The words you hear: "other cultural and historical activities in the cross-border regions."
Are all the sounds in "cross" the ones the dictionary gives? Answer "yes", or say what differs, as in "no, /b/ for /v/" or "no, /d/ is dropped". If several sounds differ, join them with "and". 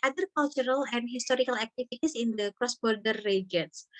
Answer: yes